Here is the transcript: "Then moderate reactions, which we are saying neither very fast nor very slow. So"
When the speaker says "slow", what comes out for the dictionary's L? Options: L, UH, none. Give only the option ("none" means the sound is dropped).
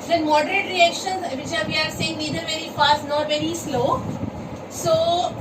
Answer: L